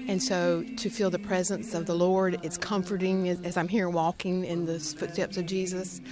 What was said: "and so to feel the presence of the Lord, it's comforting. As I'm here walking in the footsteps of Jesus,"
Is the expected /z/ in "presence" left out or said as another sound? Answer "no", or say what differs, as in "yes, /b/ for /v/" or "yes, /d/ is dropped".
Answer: no